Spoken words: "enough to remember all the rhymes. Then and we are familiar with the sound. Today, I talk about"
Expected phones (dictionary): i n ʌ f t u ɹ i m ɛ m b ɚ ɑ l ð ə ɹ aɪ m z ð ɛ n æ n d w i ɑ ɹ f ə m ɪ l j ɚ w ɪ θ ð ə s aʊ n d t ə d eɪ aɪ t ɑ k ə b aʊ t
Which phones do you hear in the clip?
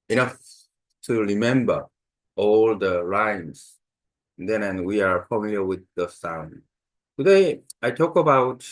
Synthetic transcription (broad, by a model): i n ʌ f t u ɹ i m ɛ m b ɚ ɑ l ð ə ɹ aɪ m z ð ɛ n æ n w i ɑ ɹ f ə m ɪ l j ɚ w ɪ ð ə s aʊ n d t ə d eɪ aɪ t ɑ k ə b aʊ t